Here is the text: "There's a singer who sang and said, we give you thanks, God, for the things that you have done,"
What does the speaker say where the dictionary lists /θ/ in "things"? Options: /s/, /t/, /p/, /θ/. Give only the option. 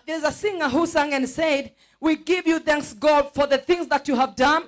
/θ/